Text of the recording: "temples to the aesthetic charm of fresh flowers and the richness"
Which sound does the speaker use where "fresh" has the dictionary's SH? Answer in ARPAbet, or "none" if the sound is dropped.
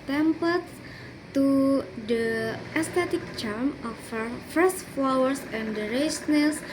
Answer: S